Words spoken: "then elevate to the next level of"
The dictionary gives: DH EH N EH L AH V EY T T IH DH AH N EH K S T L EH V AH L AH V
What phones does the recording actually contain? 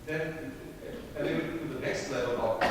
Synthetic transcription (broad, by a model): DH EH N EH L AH W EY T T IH DH AH N EH K S T L EH V AH L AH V